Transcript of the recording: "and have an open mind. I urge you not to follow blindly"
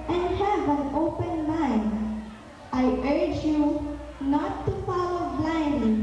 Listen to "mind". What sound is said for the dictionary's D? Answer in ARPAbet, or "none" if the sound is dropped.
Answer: none